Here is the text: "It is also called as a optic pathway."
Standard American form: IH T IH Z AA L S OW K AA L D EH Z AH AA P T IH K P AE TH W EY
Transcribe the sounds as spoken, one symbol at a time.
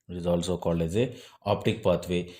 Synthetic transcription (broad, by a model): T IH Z AA L S OW K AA L EH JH AH AA P T IH K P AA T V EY